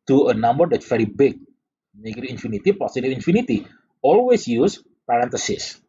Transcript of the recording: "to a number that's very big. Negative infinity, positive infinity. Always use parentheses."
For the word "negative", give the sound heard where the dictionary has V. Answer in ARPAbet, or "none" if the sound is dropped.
none